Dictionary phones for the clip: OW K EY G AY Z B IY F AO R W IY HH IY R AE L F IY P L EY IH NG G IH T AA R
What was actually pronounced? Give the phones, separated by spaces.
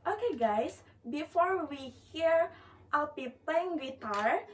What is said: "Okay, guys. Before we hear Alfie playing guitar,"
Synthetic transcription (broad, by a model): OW K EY G AY S B IY F AO R W IY HH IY R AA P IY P EY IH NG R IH T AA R